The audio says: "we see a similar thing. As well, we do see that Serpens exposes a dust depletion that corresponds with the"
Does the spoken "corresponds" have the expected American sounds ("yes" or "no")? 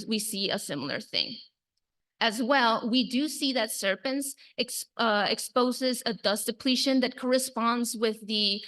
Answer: yes